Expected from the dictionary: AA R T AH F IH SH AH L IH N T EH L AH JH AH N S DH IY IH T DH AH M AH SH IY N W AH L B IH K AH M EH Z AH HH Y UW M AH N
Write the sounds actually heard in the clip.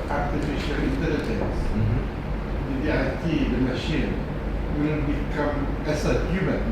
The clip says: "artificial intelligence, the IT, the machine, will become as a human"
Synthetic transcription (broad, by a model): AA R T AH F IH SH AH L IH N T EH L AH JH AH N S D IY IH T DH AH M AH SH IY N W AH N B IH K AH M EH S AH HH Y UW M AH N